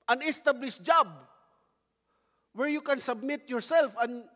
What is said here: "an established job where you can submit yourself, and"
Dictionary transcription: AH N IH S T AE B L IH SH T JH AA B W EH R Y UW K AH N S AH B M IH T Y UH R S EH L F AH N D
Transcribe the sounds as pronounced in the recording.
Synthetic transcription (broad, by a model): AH N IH S T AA B L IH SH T JH AA B W EH R Y UW K AH N S AH B M IH T Y UH R S EH L F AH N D